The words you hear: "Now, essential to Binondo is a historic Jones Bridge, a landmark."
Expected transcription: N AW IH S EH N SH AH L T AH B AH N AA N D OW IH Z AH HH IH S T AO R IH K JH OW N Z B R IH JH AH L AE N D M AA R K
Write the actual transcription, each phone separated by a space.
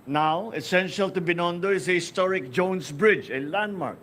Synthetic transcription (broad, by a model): N AW IH S EH N SH AH L T AH B AH N AA N D OW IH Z AH HH IH S T AO R IH K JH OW N S B R IH JH AH L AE N D M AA R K